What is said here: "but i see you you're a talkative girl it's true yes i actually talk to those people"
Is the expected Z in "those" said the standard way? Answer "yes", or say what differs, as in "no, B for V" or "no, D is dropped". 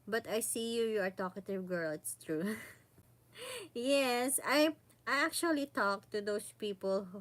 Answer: no, S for Z